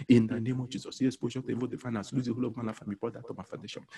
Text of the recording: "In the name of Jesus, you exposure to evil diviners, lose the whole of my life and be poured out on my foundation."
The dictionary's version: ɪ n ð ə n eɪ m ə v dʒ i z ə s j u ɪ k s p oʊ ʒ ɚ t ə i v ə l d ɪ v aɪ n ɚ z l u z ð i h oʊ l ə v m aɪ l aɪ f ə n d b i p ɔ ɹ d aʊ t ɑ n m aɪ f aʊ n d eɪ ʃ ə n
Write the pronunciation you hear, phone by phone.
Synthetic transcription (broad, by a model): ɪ n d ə n eɪ m ə v dʒ i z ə s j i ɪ s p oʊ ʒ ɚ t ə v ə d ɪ f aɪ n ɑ s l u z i h oʊ l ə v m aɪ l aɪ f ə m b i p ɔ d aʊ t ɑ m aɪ f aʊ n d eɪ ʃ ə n